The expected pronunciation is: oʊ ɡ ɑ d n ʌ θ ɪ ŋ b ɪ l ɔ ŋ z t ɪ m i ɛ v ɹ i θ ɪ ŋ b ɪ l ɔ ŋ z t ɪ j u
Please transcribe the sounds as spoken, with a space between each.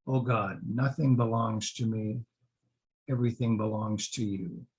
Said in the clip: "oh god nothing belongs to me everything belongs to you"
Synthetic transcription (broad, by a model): oʊ ɡ ɑ d n ʌ θ ɪ ŋ b ɪ l ɔ ŋ z t ɪ m i ɛ v ɹ i θ ɪ ŋ b ɪ l ɔ ŋ z t ɪ j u